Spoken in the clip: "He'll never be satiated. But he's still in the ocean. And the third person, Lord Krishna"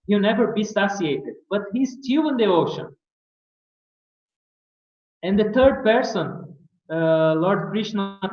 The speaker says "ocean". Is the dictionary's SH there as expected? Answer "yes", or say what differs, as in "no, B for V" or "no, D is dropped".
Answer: yes